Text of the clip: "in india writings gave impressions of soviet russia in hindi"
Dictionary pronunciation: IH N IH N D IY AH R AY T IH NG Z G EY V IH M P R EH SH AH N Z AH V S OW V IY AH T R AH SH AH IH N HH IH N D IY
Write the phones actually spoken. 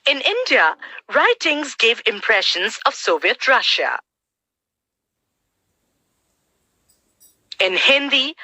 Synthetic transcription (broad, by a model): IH N IH N D IY AH R AY T IH NG Z G EY V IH M P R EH SH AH N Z AH V S OW V IY AH T R AH SH AH IH N HH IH N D IY